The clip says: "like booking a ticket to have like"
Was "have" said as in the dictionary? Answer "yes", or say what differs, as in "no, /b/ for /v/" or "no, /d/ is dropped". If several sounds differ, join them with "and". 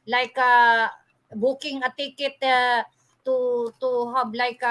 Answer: no, /b/ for /v/